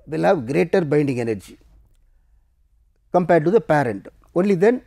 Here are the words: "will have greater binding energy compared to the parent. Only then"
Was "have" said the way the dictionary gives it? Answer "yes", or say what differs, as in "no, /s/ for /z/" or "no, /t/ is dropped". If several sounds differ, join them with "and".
yes